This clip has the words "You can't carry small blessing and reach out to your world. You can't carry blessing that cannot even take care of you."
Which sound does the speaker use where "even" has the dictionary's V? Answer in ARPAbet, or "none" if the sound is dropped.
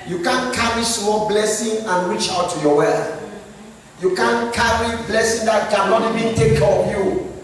V